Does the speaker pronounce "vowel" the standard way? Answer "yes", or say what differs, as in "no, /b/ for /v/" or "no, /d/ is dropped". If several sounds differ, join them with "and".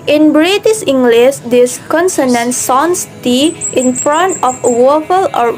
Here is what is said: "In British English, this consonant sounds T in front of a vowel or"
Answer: no, /w/ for /v/